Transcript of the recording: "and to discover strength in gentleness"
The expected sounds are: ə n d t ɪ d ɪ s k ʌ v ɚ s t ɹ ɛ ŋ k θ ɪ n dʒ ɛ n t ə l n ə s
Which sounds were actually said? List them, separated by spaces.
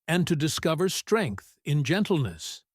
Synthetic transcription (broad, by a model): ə n t ɪ d ɪ s k ʌ v ɚ s t ɹ ɛ ŋ k θ ɪ n dʒ ɛ n t l n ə s